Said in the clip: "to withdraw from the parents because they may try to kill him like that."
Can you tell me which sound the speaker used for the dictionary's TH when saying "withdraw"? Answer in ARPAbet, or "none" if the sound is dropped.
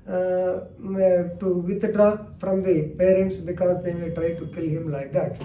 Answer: T